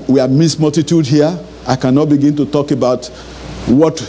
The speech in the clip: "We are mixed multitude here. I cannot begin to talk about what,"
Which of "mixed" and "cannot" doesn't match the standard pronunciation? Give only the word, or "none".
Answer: mixed